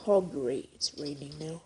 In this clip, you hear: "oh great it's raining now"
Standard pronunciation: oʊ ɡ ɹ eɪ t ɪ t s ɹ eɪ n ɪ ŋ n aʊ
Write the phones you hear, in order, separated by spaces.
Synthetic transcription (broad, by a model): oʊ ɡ ʌ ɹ ɪ t s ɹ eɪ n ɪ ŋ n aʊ